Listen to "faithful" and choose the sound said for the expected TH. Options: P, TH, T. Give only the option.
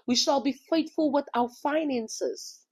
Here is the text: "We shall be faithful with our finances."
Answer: T